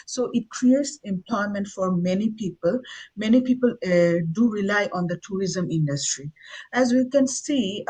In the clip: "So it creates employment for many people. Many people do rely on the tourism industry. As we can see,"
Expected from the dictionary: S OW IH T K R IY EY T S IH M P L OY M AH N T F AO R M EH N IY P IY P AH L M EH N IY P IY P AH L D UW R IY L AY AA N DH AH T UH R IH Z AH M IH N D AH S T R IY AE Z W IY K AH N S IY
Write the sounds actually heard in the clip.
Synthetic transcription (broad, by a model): S OW IH T K R IY EY T S IH M P L OY M AH N T F AO R M EH N IY P IY P AH L M EH N IY P IY P AH L D UW R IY L AY AA N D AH T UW R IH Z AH M IH N D AH S T R IY AE Z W IY K AH N S IY